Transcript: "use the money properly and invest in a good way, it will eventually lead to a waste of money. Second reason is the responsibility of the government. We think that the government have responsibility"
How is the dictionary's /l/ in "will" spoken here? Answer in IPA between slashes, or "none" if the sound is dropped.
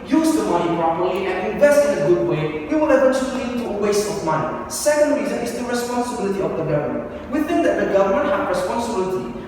/w/